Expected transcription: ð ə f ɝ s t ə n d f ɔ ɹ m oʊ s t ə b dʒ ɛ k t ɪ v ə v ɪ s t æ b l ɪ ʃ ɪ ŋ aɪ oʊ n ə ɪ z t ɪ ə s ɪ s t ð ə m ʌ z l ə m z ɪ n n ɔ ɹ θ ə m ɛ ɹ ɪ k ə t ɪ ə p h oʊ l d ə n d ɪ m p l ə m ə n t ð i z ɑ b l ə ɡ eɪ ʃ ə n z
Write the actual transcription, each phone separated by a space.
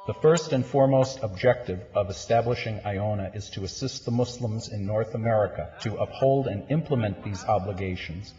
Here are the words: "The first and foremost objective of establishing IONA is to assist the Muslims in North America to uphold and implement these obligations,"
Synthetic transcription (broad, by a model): ð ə f ɝ s t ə n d f ɔ ɹ m oʊ s t ə b dʒ ɛ k t ɪ v ə v ɪ s t æ b l ɪ ʃ ɪ ŋ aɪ oʊ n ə ɪ z t ɪ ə s ɪ s t ð ə m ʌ s l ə m z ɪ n n ɔ ɹ θ ə m ɛ ɹ ɪ k ə t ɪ ə p h oʊ l d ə n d ɪ m p l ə m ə n ð i z ɑ b l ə ɡ eɪ ʃ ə n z